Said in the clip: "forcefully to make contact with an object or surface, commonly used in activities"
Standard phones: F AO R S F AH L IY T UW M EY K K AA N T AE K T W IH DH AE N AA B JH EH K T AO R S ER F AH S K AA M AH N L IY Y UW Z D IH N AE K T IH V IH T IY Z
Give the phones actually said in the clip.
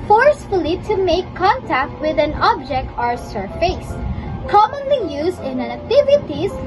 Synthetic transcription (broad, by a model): F AO R S F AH L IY T UW M EY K K AA N T AE K T W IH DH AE N AA B JH EH K T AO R S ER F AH S K AA M AH N L IY Y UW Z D IH N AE K T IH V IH T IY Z